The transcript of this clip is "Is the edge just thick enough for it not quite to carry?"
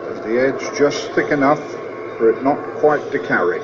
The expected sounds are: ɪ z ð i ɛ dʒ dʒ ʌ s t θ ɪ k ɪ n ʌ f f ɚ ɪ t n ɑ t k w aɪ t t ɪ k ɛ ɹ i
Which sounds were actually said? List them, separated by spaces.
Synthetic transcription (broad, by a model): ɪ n ð i ɛ dʒ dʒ ʌ s θ ɪ k ɪ n ʌ f f ɚ ɪ t n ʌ t k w aɪ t t ɪ k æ ɹ i